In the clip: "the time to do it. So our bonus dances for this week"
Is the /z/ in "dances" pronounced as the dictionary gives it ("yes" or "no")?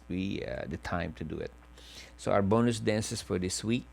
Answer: no